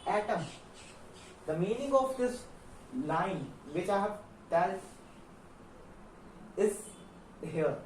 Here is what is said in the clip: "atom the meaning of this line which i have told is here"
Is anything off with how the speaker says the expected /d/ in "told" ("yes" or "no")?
yes